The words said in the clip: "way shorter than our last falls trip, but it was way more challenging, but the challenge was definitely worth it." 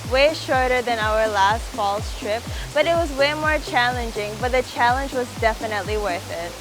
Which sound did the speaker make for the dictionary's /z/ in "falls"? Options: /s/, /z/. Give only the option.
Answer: /s/